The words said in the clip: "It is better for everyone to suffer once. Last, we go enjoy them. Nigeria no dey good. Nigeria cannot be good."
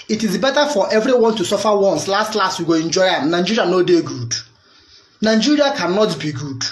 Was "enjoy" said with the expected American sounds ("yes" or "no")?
yes